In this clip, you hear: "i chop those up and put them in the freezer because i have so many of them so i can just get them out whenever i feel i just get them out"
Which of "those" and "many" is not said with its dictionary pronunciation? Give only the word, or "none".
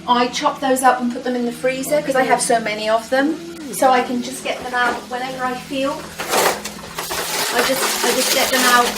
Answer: none